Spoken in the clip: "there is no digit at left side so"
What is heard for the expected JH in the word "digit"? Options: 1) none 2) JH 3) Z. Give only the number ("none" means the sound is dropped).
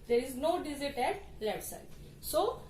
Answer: 3